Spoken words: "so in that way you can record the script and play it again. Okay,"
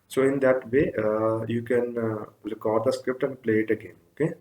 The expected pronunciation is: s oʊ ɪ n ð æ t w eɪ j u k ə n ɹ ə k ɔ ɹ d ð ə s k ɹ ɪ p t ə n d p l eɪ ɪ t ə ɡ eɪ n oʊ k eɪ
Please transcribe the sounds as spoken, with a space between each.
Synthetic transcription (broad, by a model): s oʊ ɪ n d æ t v eɪ j u k ə n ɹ k ɔ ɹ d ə s k ɹ ɪ p t ə n d p l eɪ ɪ t ə ɡ eɪ n oʊ k eɪ